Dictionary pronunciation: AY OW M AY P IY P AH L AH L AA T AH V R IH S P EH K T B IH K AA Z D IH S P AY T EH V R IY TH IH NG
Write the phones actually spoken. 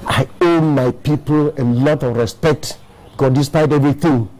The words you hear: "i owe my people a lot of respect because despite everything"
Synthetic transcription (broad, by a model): AY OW M AY P IY P AH L AH L AA T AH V R IH S P EH K T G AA D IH S P AY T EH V R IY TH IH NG